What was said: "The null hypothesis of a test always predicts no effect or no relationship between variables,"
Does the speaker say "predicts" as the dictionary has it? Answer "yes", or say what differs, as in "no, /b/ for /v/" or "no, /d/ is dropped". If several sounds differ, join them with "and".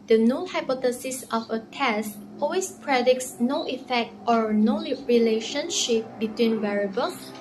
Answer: yes